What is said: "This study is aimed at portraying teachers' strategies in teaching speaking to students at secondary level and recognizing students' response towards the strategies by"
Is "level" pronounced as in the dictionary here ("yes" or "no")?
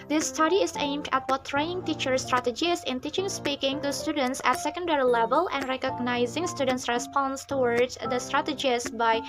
yes